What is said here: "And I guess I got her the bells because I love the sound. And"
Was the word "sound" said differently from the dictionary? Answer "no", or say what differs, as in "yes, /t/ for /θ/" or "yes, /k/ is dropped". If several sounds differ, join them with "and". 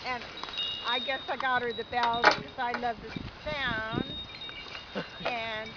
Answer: yes, /d/ is dropped